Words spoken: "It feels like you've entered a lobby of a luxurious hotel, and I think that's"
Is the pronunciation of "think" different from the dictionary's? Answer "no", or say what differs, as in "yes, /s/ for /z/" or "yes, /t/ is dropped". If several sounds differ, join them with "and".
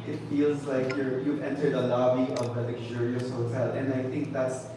no